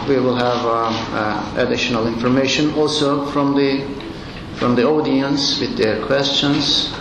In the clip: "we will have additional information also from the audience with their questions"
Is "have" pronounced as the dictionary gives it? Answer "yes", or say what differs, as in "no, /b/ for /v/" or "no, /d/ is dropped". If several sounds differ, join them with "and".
yes